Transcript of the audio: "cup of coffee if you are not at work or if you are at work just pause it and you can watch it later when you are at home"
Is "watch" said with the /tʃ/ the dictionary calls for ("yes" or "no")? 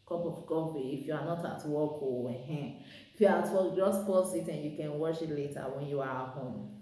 no